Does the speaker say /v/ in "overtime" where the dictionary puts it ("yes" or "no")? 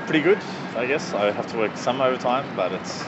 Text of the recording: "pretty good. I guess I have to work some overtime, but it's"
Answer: yes